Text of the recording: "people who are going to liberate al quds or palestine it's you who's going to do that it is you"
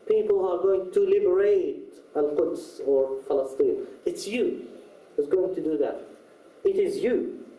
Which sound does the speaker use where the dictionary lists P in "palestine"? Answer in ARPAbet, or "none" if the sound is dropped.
F